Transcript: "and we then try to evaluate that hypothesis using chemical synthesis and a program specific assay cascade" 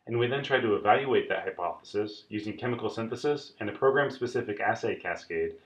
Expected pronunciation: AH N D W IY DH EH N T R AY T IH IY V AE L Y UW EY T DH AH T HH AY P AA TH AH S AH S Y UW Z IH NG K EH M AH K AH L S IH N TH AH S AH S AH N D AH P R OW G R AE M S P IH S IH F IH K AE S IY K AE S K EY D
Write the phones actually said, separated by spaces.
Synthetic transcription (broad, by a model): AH N W IY DH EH N T R AY T IH IY V AE L Y UW EY T DH AH T HH AY P AA TH AH S AH S Y UW Z IH NG K EH M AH K L S IH N TH AH S AH S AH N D AH P R OW G R AE M S P IH S IH F IH K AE S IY K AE S K EY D